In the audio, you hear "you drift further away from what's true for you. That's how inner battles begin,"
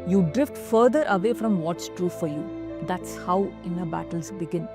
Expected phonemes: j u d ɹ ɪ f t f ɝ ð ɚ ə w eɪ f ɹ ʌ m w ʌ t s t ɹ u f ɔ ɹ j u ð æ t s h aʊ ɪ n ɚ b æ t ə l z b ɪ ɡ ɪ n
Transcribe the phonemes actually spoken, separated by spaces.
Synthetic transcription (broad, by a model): j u d ɹ ɪ f t f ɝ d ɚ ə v eɪ f ɹ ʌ m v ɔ t s t ɹ u f ɔ ɹ j u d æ t s h aʊ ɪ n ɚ b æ t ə l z b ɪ ɡ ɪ n